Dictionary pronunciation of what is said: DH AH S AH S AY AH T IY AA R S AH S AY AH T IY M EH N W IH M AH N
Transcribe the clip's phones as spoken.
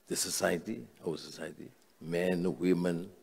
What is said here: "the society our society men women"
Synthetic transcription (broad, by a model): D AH S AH S AY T IY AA W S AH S AY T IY M EH N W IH M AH N